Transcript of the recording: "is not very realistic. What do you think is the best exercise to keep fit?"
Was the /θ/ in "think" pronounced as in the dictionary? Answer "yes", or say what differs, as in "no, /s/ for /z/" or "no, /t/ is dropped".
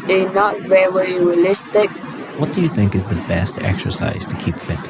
yes